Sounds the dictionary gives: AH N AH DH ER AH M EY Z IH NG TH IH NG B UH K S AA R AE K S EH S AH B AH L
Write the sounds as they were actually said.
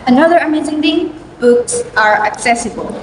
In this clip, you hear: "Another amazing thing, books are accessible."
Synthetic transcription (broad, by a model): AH N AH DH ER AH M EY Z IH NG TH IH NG B UH K S AA R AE K S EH S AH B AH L